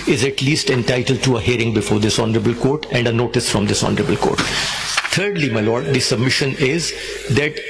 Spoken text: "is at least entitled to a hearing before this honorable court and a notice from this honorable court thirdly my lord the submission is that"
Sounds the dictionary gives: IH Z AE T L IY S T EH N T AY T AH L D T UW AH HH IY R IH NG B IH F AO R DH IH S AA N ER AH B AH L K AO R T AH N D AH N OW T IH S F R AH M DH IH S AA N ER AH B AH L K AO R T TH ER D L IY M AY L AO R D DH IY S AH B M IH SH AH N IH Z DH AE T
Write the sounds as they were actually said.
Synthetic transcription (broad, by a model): IH Z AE T L IY S T EH N T AY T AH L D T UW AH HH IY R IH NG B IH F AO R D IH S AA N ER AH B AH L K AO R T AH N D AH N OW T IH S F R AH M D IH S AA N ER AH B AH L K AO R T T ER D L IY M AY L AO R D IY S AH B M IH SH AH N IH Z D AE T